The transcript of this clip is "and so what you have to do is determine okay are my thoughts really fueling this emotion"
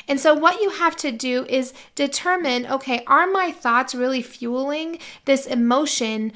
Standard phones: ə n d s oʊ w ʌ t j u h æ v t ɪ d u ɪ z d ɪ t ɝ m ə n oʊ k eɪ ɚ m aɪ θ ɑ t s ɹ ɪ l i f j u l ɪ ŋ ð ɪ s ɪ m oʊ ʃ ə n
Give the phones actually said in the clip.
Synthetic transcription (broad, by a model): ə n s oʊ w ʌ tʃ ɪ h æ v t ɪ d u ɪ z d ɪ t ɝ m ə n oʊ k eɪ ɚ m aɪ θ ɑ t s ɹ ɪ l i f j u l ɪ ŋ ð ɪ s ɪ m oʊ ʃ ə n